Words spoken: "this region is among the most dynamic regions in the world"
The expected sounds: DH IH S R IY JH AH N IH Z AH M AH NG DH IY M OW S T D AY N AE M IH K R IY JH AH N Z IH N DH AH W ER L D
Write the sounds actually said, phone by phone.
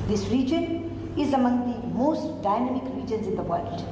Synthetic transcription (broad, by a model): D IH S R IY JH AH N IH Z AH M AH NG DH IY M OW S T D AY N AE M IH K R IY JH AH N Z IH N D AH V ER L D